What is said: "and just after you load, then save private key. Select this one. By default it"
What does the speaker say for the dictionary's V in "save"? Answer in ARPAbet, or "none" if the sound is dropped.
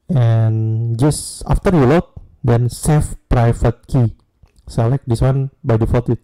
F